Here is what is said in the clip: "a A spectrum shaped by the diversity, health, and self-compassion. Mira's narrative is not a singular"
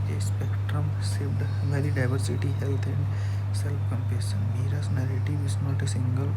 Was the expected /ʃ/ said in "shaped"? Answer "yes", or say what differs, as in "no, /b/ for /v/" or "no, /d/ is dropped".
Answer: no, /s/ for /ʃ/